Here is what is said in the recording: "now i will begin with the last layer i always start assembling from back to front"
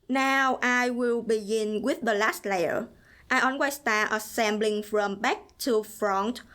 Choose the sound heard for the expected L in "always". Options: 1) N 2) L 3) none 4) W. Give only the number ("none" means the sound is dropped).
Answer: 1